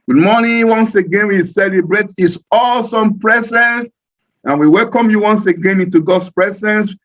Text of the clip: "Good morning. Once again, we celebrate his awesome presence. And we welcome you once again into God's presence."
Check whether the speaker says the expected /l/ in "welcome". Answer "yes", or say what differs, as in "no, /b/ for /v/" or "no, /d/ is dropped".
yes